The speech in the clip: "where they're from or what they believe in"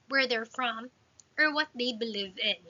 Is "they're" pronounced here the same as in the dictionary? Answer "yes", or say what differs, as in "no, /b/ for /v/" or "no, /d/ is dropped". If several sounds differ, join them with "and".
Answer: yes